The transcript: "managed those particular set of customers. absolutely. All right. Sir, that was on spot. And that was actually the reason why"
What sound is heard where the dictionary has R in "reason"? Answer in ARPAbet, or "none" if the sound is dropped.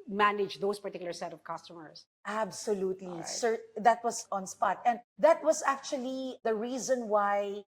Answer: R